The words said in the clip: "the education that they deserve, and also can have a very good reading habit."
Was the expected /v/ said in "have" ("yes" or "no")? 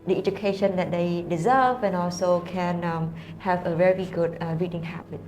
yes